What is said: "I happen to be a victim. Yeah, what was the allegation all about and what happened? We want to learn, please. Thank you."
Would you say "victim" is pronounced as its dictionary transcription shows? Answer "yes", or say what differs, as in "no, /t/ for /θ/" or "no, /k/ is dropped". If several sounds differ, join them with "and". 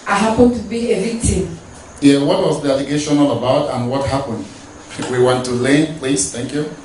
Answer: no, /k/ is dropped